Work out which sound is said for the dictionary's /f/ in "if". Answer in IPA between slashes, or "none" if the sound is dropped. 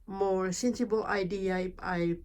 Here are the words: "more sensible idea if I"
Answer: /p/